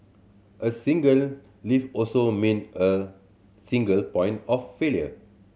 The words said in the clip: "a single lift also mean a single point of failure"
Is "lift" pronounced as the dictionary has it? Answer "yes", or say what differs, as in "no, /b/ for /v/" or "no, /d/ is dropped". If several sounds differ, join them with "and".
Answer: no, /t/ is dropped